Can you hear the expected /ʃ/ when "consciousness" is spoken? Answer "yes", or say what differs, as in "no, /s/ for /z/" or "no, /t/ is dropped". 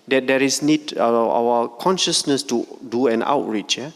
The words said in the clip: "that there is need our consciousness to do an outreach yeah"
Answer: yes